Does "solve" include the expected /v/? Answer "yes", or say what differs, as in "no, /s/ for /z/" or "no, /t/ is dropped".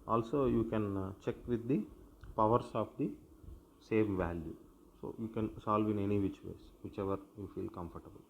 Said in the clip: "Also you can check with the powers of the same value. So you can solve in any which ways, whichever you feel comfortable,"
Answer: yes